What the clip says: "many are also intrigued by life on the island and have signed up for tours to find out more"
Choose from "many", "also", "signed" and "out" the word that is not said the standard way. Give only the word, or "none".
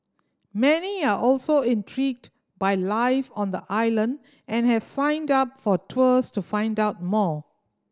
none